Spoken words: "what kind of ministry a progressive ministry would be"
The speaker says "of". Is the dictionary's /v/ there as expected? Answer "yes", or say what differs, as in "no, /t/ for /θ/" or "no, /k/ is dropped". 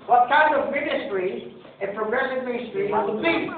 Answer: yes